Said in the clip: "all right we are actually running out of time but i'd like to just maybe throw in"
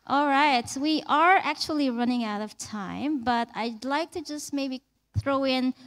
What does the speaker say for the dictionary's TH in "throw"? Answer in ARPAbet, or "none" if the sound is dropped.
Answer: TH